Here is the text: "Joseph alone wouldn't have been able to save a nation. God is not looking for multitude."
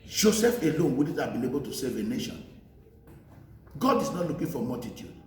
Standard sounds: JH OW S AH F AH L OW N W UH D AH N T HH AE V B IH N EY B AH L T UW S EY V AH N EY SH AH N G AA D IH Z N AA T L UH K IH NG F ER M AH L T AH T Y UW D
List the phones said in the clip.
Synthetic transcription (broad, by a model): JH OW S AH F AH L OW N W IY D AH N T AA B IH N EY B AH L T UW S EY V AH N EY SH AH N G AA D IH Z N AA T L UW K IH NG F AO M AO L T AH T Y UW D